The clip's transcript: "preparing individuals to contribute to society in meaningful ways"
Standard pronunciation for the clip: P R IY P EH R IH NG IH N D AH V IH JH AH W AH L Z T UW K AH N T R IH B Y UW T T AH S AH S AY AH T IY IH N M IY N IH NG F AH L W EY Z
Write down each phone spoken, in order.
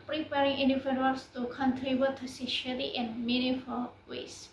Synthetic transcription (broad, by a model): P R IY P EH R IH NG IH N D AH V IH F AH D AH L S T UW K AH N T R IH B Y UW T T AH S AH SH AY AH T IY IH N M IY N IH F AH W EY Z